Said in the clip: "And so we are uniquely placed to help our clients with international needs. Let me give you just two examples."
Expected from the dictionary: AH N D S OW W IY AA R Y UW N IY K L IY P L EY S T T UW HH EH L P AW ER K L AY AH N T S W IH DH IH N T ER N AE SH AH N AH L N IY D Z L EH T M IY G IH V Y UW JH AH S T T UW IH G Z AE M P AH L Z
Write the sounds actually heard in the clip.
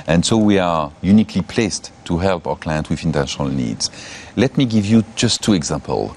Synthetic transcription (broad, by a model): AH N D S OW W IY AA R Y UW N IY K L IY P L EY S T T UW HH EH L P AW ER K L AY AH N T W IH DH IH N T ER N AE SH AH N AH L N IY D Z L EH T M IY G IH V Y UW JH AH S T T UW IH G Z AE M P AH L